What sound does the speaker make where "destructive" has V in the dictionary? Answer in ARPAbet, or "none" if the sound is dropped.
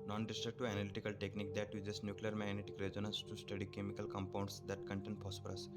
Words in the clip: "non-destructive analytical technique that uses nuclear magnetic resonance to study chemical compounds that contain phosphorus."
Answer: none